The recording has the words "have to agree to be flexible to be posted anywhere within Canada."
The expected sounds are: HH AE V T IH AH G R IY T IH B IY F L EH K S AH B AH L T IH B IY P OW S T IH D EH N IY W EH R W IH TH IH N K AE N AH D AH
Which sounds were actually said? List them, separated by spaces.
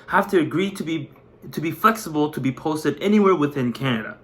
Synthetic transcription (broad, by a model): HH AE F T IH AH G R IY T IH B IY F L EH K S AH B L T IH B IY P OW S T IH D EH N IY W EH R W IH TH IH N K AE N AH D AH